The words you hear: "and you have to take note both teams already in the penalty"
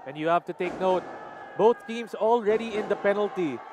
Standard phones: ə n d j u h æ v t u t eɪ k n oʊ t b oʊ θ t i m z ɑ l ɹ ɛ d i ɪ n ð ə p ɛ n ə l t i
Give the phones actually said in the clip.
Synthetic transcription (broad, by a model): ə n j u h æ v t u t eɪ k n oʊ t b oʊ t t i m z ɑ l ɹ ɛ d i ɪ n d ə p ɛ n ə l t i